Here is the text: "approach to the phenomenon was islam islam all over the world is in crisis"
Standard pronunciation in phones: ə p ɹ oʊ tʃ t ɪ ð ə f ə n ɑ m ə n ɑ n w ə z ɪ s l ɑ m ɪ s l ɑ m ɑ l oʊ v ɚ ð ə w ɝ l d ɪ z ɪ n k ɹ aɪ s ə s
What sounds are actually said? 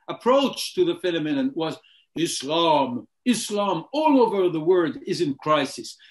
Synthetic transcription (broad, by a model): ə p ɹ oʊ tʃ t ɪ ð ə f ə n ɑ m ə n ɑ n w ə z ɪ s l ɑ m ɪ s l ɑ m ɑ l oʊ v ɚ ð ə w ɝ d ɪ z ɪ n k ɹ aɪ s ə s